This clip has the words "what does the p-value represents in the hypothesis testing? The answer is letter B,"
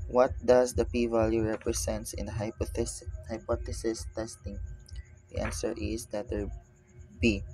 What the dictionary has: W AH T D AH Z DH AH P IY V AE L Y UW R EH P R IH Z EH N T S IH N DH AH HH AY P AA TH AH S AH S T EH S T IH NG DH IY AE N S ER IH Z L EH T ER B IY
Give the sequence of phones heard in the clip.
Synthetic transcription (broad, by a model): W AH T D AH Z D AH P IY V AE L Y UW R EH P R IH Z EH N T S IH N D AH HH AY P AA T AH S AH S T EH S T IH NG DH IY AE N S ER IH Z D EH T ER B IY